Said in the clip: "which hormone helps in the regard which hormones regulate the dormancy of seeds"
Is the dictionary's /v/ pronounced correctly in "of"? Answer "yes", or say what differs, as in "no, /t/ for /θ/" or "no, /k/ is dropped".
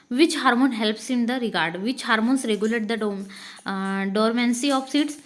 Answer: no, /p/ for /v/